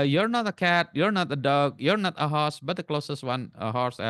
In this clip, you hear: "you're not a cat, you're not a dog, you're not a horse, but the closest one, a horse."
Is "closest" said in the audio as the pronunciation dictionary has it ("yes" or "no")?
yes